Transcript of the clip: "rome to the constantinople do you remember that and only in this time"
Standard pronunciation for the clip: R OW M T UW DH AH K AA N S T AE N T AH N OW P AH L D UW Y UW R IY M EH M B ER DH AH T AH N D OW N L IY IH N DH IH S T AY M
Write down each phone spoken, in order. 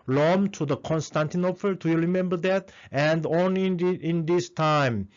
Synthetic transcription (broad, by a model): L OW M T UW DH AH K AA N S T AE N T AH N OW P AH L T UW Y UW R IY M EH M B ER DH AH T AH N D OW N N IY IH N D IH S T AY M